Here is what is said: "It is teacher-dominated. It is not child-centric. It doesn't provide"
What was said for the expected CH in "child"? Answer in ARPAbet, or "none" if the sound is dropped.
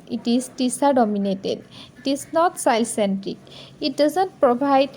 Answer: S